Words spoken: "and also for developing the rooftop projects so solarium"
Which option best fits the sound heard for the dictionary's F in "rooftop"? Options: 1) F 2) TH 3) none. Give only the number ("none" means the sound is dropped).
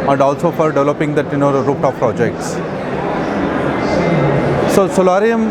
3